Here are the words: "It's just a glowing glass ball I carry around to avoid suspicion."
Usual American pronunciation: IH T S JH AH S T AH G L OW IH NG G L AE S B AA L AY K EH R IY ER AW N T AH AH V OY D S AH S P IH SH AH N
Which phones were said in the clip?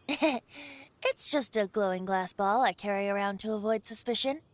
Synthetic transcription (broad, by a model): IH T S JH AH S T AH G L OW IH NG G L AE S B AA L AY K EH R IY ER AW N T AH AH V OY D S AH S P IH SH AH N